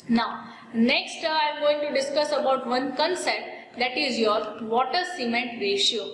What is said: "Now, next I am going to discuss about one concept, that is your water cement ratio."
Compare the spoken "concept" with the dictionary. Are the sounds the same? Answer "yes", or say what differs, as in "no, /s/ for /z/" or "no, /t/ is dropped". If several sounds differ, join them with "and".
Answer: no, /p/ is dropped